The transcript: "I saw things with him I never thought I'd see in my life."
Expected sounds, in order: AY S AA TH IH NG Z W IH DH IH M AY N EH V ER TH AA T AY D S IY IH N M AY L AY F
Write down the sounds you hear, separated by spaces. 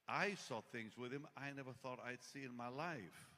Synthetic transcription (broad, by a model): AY S AA TH IH NG Z W IH DH IH M AY N EH V ER TH AA T AY D S IY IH N M AY L AY F